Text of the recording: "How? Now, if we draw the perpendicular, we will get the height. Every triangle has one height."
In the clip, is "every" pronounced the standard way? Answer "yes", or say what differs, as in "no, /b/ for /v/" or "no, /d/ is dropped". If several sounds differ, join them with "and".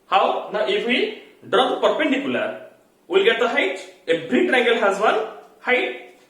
no, /b/ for /v/